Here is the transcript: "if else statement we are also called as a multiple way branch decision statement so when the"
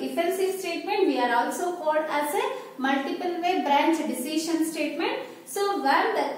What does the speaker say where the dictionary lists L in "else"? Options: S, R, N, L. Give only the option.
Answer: N